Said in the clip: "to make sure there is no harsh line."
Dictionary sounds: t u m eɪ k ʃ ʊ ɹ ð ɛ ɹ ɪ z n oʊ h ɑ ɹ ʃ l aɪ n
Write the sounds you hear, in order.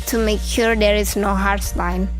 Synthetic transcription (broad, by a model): t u m eɪ k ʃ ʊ ɹ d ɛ ɹ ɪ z n oʊ h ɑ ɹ s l aɪ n